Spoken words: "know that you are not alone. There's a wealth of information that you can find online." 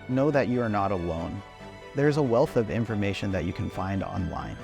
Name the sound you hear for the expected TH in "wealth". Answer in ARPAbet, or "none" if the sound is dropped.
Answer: TH